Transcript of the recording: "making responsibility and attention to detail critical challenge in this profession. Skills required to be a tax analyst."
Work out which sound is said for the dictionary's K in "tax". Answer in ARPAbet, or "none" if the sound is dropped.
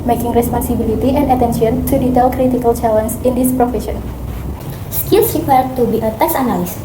none